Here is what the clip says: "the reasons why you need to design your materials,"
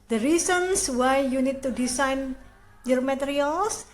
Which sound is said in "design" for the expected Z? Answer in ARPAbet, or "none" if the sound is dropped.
S